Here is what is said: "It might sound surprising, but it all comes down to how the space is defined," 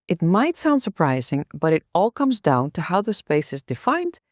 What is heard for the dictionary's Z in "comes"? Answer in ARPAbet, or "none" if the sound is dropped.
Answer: Z